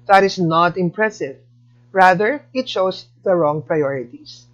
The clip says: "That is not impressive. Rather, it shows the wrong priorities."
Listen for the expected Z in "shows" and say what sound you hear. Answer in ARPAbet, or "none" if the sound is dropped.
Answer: S